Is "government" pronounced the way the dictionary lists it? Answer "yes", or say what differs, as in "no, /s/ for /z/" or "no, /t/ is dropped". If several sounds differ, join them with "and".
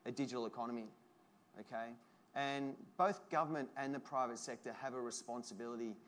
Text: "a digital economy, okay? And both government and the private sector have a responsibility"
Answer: yes